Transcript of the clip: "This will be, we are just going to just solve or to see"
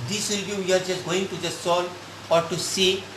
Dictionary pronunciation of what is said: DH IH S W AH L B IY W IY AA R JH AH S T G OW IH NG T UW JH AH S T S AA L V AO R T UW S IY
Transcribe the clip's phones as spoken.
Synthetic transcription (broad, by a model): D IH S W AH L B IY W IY AA R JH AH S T G OW IH NG T UW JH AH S S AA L AO R T UW S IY